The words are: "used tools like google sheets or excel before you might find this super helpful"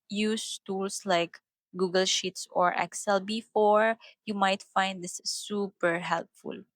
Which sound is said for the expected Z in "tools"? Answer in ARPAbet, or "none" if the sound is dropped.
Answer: S